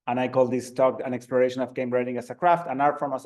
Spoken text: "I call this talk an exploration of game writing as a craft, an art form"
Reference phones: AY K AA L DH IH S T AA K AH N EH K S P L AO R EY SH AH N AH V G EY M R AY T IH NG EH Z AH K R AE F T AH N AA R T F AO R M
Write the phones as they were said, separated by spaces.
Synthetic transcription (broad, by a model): AY K AA L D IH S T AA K AH N EH K S P L AO R EY SH AH N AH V G EY M R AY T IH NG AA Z AH K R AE F T AH N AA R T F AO M